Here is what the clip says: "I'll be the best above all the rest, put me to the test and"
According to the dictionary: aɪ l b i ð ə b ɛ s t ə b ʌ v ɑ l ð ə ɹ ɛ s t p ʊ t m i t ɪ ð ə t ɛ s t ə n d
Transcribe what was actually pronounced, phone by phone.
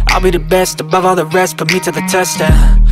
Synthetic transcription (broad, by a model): aɪ l b i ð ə b ɛ s t ə b ʌ v ɑ l ð ə ɹ ɛ s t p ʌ m i t ɪ ð ə t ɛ s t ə